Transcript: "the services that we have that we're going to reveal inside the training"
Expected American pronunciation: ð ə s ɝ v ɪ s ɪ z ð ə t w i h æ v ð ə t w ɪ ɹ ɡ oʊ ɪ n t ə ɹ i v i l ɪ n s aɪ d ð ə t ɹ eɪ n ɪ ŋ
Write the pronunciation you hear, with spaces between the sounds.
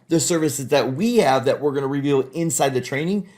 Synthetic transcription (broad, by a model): ð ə s ɝ v ɪ s ɪ z ð ə t w i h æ v ð ə t w ɪ ɹ ɡ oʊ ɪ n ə ɹ i v i l ɪ n s aɪ d ð ə t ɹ eɪ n ɪ ŋ